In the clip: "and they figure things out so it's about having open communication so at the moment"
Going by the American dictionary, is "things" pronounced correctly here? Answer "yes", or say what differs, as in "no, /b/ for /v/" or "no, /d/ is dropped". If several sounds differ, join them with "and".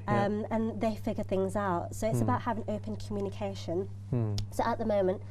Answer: yes